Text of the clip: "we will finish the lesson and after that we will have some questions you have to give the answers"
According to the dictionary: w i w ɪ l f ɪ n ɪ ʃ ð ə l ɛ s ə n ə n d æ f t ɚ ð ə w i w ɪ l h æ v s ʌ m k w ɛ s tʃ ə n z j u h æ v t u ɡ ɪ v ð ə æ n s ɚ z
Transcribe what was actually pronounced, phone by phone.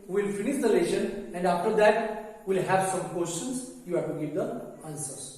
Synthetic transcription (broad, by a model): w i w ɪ l f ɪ n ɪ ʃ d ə l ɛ ʃ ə n ə n d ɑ f t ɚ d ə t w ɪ l h æ v s ʌ m k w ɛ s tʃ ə n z j u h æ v t u ɡ ɪ v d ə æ n s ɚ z